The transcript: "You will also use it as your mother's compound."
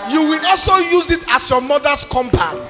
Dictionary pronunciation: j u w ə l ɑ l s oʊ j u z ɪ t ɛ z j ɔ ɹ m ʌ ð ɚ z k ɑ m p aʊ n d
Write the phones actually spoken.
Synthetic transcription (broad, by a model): j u w ə l ɑ l s oʊ j u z ɪ t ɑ s j ɔ m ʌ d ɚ s k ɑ m p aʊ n